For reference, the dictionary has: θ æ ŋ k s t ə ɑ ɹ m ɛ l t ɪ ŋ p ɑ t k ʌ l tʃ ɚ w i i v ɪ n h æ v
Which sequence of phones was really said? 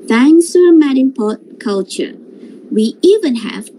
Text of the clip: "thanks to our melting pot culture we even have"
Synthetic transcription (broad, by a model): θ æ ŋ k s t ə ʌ m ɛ t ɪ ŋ p ɑ t k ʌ l tʃ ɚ w i i v ɪ n h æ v